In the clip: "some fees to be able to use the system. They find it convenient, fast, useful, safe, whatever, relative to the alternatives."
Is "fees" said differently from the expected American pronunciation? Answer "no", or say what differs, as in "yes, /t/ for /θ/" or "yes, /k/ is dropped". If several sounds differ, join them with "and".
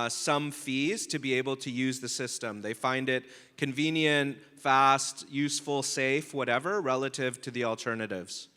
no